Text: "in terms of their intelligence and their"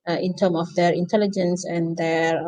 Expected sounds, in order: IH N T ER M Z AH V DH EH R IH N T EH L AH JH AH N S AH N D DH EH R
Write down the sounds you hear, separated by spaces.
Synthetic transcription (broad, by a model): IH N T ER M AH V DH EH R IH N T EH L AH JH AH N S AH N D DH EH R